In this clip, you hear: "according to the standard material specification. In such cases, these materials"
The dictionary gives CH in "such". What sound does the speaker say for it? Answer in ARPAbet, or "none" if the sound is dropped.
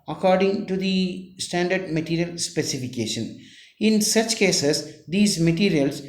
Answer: CH